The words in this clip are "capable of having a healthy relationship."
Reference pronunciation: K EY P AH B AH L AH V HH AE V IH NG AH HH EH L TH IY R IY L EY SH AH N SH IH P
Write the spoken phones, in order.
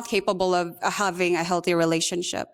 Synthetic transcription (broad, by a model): K EY P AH B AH L AH V HH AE V IH NG AH HH EH L TH IY R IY L EY SH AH N SH IH P